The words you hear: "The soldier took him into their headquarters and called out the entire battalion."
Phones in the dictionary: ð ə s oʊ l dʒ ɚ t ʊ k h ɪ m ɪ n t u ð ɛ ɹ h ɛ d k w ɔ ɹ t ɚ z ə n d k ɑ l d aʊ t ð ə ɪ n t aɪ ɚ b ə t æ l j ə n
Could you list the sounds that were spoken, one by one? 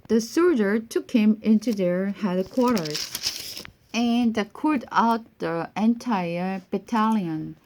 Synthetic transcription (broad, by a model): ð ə s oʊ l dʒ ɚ t ʊ k h ɪ m ɪ n t u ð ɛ ɹ h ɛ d k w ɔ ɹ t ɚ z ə n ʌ k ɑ d aʊ t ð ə ɪ n t aɪ ɚ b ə t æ l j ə n